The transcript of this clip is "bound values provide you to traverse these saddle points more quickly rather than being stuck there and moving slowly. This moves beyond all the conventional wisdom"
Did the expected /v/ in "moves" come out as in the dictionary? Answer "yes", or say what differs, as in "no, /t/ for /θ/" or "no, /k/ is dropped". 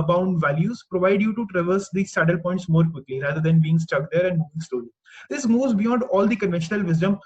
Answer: no, /v/ is dropped